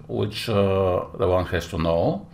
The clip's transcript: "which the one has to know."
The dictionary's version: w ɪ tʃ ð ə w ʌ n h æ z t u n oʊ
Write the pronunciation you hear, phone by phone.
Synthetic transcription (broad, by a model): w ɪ tʃ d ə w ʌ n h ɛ s t u n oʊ